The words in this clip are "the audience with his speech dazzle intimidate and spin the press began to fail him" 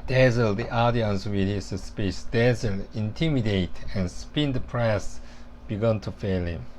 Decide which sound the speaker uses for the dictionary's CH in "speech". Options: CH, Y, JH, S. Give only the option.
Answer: S